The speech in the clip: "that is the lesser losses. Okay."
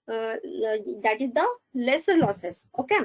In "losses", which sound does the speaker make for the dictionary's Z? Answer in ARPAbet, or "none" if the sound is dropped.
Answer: S